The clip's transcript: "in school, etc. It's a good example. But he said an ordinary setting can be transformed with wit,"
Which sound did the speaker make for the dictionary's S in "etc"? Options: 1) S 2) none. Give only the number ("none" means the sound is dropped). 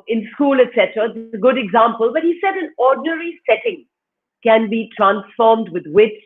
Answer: 1